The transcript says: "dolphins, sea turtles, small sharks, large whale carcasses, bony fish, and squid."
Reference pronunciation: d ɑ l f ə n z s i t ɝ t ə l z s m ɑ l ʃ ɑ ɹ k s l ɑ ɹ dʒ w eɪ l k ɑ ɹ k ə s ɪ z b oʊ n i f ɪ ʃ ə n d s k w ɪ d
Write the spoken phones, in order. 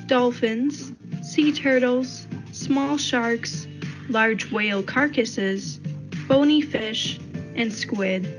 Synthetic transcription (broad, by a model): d ɑ l f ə n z s i t ɝ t l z s m ɑ l ʃ ɑ ɹ k s l ɑ ɹ dʒ w eɪ l k ɑ ɹ k ə s ɪ z b oʊ n i f ɪ ʃ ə n s k w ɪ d